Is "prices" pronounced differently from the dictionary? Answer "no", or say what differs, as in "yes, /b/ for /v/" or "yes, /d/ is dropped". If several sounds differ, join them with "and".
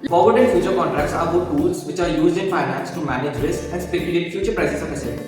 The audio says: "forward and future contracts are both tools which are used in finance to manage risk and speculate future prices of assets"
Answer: yes, /s/ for /z/